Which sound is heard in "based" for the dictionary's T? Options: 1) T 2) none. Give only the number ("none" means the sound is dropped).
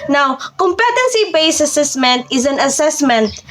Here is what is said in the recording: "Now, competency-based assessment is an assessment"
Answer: 2